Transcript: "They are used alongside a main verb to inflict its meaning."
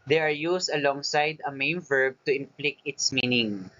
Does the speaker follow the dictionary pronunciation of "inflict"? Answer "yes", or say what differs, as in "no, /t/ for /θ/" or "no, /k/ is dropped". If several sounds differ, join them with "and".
no, /t/ is dropped